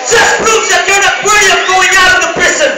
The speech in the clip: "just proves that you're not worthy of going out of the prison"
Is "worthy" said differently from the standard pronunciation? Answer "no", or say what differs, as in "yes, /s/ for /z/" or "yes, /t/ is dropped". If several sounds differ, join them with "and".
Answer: yes, /ð/ is dropped